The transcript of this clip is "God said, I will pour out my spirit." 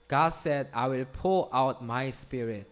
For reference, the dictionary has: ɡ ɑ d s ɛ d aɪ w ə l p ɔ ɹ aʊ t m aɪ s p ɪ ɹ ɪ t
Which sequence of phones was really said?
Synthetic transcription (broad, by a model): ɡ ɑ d s ɛ d aɪ w ə l p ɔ l aʊ t m aɪ s p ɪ ɹ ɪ t